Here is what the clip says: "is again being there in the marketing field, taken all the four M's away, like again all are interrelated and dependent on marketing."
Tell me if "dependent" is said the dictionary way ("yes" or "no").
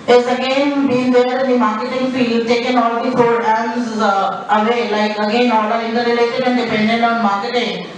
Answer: no